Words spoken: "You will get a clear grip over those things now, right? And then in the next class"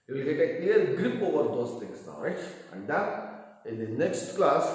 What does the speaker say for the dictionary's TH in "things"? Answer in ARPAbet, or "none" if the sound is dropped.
T